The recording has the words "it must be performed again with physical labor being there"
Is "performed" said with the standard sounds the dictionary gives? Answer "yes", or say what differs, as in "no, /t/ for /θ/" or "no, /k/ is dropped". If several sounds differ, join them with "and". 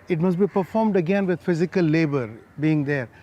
yes